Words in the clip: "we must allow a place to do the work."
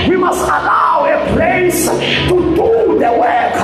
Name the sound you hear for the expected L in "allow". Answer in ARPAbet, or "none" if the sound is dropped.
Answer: L